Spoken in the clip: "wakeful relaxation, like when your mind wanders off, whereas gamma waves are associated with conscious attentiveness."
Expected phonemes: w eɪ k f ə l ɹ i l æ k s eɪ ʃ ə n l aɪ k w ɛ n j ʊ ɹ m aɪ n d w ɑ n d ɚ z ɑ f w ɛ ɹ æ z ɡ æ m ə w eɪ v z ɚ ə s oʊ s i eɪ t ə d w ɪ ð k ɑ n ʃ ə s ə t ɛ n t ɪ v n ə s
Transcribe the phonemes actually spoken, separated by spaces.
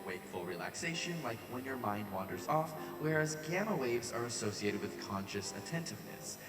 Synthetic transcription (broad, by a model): w eɪ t f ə l ɹ i l æ k s eɪ ʃ ə n l aɪ k w ɛ n j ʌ ɹ m aɪ n d w ɑ n d ɚ z ɑ f w ɛ ɹ æ z ɡ æ m ə w eɪ v z ɚ ə s oʊ s i eɪ t ə d w ɪ ð k ɑ n ʃ ə s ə t ɛ n t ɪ v n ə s